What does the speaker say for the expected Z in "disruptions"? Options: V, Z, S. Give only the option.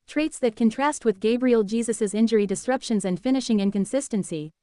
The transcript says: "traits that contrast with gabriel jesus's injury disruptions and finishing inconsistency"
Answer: Z